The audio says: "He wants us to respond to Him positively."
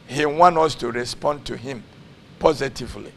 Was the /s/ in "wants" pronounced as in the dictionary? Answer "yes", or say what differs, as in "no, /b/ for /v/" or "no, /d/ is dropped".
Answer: no, /s/ is dropped